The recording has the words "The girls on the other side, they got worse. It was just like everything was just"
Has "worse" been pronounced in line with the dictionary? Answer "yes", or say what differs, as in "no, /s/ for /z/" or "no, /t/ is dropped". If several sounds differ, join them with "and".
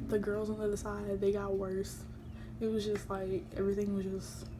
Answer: yes